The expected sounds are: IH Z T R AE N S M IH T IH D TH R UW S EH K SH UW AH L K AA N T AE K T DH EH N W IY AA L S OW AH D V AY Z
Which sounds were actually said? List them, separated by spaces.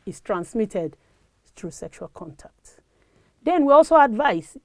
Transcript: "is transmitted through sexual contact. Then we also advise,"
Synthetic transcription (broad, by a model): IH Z T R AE N S M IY T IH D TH R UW S EH K SH UW AH L K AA N T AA K T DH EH N W IY AA L S OW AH D V AY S